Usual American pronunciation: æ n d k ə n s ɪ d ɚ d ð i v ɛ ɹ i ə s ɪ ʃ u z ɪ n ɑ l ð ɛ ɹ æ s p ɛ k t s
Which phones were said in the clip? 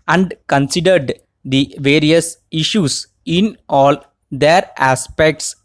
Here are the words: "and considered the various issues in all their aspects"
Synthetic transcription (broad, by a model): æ n d k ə n s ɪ d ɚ d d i v ɛ ɹ i ə s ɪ ʃ u s ɪ n ɑ l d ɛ ɹ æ s p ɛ k t s